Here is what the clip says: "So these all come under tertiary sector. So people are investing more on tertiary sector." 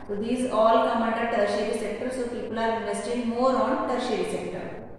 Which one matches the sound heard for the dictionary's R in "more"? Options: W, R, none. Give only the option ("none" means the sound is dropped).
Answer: R